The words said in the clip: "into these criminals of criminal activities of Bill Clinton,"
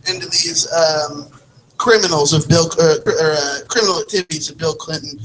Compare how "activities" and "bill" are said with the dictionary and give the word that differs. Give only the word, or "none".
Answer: none